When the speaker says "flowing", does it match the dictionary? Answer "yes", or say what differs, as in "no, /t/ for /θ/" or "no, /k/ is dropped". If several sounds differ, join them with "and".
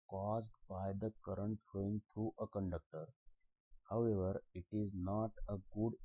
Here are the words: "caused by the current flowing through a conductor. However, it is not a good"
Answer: no, /l/ is dropped